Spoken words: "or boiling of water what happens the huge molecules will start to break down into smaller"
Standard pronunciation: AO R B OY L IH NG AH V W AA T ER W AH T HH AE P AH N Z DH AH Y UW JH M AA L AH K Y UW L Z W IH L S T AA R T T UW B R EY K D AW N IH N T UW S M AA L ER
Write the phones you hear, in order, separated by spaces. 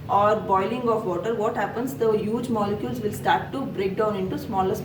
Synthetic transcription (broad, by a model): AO R B OY L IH NG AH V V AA T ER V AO T HH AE P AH N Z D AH Y UW JH M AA L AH K Y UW L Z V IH L S T AA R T T UW B R EY K D AW N IH N T UW S M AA L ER